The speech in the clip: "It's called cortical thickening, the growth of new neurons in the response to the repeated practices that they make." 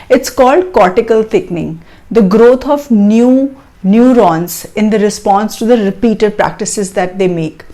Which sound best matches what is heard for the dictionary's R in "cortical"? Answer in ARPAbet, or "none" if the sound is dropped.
R